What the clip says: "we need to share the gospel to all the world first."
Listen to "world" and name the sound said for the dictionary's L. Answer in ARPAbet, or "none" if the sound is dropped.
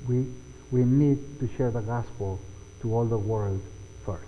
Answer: L